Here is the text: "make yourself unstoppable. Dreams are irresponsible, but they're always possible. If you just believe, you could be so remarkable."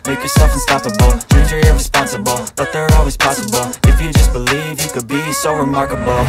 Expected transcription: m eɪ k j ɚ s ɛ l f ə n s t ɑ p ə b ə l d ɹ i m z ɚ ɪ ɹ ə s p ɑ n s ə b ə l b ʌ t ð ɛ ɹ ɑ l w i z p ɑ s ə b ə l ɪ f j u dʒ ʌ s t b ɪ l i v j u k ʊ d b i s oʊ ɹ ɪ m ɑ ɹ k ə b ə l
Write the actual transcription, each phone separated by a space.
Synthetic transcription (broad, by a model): m eɪ k j ɚ s ɛ l f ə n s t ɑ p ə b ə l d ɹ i z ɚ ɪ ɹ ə s p ɑ n s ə b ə l b ʌ t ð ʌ ɹ ɑ l w i z p ɑ s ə b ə l ɪ f j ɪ dʒ ʌ s b ɪ l i v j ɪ k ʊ d b i s oʊ ɹ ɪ m ɑ ɹ k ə b l